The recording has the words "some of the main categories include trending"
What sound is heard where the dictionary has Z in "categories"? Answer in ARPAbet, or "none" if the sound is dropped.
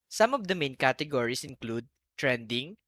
S